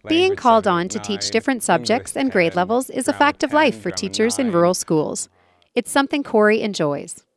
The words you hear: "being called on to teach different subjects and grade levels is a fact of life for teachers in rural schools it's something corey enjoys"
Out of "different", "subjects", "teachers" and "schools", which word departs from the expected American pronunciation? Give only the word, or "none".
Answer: none